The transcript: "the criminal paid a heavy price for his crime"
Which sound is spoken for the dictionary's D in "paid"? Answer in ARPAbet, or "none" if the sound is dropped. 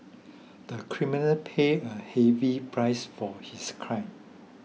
none